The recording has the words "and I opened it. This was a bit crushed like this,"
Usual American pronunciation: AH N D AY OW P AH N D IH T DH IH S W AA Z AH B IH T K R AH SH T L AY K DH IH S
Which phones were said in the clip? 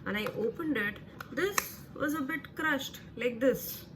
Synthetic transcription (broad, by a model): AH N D AY OW P AH N D IH T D IH S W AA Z AH B IH T K R AH SH T L AY K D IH S